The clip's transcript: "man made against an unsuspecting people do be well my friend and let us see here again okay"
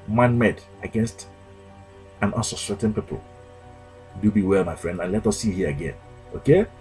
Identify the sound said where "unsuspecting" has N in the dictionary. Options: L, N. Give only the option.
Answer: L